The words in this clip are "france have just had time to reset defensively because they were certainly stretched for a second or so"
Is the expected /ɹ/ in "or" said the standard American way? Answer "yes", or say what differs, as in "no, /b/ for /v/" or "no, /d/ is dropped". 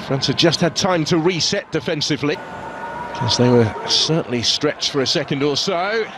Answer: no, /l/ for /ɹ/